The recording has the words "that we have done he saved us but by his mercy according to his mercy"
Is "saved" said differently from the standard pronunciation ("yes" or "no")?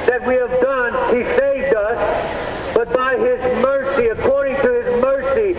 no